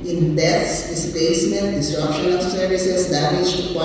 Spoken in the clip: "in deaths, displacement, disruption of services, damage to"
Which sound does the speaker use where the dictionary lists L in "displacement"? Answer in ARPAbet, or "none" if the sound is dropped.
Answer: none